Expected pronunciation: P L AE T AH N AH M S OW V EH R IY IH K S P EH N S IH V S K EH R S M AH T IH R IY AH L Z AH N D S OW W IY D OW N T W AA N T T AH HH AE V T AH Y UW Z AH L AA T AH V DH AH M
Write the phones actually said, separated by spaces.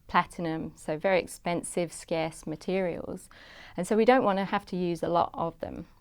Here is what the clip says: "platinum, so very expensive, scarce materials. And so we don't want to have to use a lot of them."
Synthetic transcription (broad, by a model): P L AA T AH N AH M S OW V EH R IY IH K S P EH N S IH V S K EH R S M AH T IH R IY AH L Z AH N S OW W IY D OW N T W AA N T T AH HH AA F T AH Y UW Z AH L AA T AH V DH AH M